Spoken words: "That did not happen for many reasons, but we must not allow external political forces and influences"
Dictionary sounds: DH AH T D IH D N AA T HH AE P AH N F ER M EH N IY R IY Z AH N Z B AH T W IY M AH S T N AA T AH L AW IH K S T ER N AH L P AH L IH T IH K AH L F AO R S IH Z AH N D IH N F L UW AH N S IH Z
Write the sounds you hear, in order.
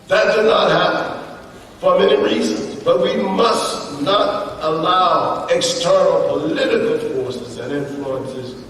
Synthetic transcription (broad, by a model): DH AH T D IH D N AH T HH AE P AH N F ER M EH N IY R IY Z AH N Z B AH T W IY M AH S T N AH T AH L AW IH K S T ER N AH L P AH L IH T IH K AH L F AO R S IH Z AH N IH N F L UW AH N S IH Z